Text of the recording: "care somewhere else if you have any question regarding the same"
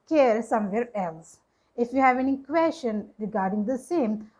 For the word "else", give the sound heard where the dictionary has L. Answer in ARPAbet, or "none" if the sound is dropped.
L